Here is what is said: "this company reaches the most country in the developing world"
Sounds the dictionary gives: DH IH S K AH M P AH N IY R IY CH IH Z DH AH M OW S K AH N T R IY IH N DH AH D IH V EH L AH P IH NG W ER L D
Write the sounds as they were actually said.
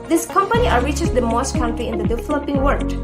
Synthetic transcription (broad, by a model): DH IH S K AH M P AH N IY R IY CH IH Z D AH M OW S K AH N T R IY IH N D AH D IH F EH L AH P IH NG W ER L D